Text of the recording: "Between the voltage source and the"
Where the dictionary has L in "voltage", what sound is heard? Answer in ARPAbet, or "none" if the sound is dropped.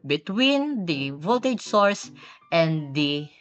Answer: none